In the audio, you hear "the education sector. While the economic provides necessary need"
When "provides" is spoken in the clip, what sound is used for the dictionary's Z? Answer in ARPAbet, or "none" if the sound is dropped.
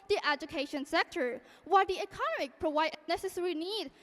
none